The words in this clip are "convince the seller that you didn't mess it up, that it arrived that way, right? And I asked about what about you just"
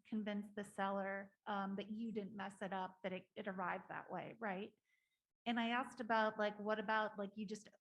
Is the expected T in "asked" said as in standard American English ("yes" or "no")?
yes